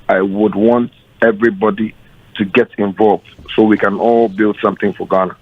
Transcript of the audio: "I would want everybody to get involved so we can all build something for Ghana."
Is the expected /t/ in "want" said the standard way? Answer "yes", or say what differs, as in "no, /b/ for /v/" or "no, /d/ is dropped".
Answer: yes